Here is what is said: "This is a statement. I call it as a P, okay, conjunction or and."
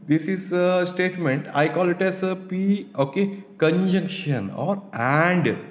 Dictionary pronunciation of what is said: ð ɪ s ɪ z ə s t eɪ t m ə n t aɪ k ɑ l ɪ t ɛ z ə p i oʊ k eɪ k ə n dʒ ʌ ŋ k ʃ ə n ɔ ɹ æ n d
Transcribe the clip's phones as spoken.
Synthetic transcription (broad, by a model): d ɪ s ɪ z ə s t eɪ t m ə n t aɪ k ɑ l ɪ t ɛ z ə p i oʊ k eɪ k ə n dʒ ʌ ŋ k ʃ ə n ɔ ɹ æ n d